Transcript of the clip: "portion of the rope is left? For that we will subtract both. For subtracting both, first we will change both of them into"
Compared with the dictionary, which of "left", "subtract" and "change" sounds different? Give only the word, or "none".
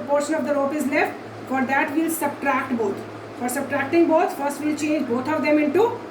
none